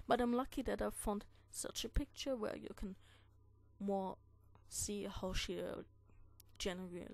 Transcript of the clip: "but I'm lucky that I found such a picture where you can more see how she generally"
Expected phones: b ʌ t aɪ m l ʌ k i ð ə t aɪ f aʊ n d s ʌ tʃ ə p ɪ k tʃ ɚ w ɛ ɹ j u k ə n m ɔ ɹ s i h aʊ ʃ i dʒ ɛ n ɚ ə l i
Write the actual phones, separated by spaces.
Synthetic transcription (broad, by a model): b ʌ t aɪ m l ʌ k i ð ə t aɪ f aʊ n d s ʌ tʃ ə p ɪ k tʃ ɚ w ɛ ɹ j u k ə n m ɔ ɹ s i h aʊ ʃ i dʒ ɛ n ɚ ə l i